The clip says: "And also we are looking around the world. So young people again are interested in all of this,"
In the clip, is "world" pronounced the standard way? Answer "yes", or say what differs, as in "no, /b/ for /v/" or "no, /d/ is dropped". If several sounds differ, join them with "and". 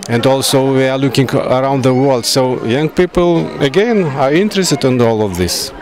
yes